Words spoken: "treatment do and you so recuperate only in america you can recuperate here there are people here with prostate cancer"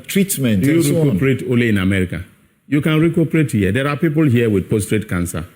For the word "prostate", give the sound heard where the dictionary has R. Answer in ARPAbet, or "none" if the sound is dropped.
none